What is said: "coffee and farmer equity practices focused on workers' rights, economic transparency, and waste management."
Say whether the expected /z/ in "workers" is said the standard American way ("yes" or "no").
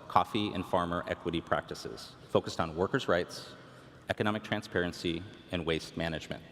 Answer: yes